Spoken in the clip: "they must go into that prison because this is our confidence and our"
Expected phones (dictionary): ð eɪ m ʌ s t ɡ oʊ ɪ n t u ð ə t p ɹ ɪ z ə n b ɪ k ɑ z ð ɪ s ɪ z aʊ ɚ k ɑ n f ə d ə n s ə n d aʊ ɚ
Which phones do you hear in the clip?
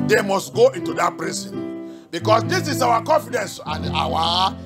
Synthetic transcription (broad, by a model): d eɪ m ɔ s t ɡ oʊ ɪ n t u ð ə t p ɹ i s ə n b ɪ k ɑ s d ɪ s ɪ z aʊ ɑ k ɑ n f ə d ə n s ə n d aʊ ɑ